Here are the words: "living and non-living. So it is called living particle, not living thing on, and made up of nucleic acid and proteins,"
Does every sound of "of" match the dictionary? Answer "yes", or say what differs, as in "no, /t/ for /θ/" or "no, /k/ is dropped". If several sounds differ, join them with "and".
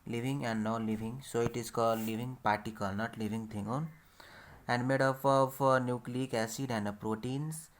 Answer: no, /p/ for /v/